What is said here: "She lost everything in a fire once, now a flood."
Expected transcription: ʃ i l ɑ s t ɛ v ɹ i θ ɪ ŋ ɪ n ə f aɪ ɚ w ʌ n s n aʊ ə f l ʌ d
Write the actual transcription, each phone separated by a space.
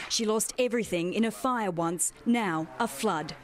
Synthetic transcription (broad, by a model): ʃ i l ɑ s t ɛ v ɹ i θ ɪ ŋ ɪ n ə f aɪ ɚ w ʌ n s n aʊ ə f l ʌ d